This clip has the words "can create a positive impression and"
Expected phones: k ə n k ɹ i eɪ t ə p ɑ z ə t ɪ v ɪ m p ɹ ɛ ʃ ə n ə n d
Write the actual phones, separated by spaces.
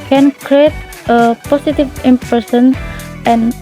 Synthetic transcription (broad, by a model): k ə n k ɹ i eɪ t ə p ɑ s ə t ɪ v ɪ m p ɹ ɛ s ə n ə n